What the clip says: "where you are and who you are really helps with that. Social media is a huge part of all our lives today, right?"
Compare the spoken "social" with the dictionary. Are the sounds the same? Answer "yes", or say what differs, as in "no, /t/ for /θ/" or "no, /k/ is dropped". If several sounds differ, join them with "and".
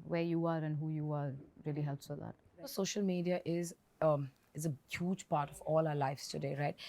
yes